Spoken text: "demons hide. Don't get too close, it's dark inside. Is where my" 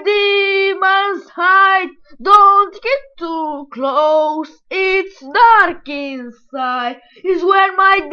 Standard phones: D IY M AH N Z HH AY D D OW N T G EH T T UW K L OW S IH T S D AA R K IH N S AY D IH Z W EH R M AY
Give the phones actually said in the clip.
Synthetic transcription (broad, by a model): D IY M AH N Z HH AY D D OW N T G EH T T UW K L OW S IH T S D AA R K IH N S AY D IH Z W EH R M AY